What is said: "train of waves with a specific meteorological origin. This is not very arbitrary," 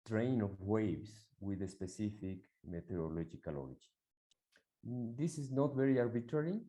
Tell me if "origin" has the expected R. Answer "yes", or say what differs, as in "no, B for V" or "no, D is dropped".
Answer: no, L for R